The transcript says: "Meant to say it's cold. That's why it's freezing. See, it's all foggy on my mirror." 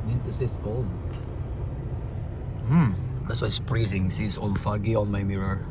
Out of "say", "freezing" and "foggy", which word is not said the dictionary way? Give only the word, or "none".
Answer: freezing